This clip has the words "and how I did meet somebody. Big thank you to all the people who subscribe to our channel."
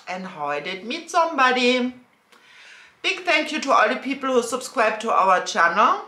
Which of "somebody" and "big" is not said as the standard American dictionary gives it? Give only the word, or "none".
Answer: none